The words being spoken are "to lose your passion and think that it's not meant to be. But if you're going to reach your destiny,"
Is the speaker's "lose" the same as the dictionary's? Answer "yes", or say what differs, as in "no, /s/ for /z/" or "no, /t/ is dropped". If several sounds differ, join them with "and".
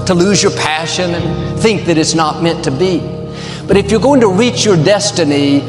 yes